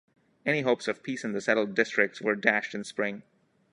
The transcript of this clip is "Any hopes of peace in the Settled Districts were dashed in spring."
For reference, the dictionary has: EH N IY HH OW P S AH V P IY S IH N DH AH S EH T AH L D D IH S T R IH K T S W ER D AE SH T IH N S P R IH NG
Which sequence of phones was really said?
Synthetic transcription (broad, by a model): EH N IY HH OW P S AH V P IY S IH N DH AH S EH T L D D IH S T R IH K T S W ER D AE SH T IH N S P R IH NG